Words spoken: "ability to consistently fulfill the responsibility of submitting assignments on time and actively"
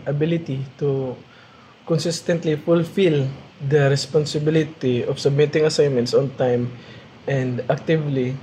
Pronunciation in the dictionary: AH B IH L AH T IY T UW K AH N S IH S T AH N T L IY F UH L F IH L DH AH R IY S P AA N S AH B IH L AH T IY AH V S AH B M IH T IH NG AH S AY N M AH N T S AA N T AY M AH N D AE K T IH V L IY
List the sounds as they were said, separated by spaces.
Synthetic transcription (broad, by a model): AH B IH L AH T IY T UW K AH N S IH S T AH N T L IY F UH L F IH L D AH R IY S P AA N S AH B IH L AH T IY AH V S AH B M IH T IH NG AH S AY N M AH N T S AA N T AY M AH N D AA K T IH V L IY